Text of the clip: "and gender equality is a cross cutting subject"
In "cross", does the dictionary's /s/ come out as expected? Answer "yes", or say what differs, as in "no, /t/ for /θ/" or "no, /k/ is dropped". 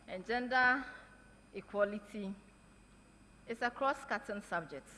yes